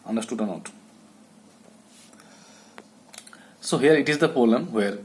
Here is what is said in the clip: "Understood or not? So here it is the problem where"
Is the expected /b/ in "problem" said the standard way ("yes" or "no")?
no